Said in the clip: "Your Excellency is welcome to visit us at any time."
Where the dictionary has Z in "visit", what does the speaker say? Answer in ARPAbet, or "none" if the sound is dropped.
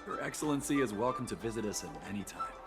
Z